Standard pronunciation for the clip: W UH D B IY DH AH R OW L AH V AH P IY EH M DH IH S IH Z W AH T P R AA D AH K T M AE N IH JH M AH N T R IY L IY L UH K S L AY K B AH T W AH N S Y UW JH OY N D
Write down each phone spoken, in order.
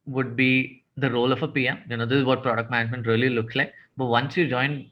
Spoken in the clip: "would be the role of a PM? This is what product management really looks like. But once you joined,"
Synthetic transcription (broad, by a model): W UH D B IY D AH R OW L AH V AH P IY EH M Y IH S IH Z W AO T P R AA D AH K T M AE N IH JH M AH N T R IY L IY L UH K S L AY K B AH T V AH N S Y UW JH OY N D